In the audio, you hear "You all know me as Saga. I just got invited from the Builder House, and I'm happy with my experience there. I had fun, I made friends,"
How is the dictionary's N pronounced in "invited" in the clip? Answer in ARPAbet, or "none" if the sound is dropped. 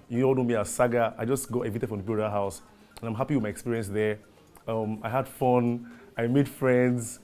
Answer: none